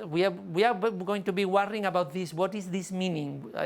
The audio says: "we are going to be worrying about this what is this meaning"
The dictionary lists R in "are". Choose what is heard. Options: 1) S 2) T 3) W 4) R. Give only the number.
3